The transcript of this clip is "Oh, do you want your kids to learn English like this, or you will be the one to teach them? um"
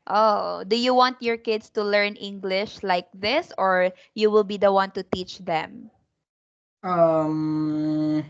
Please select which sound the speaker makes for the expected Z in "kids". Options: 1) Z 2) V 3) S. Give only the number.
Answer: 3